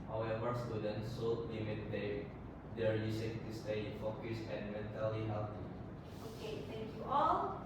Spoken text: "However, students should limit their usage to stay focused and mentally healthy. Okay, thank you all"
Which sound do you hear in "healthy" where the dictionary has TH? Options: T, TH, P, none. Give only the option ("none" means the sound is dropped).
T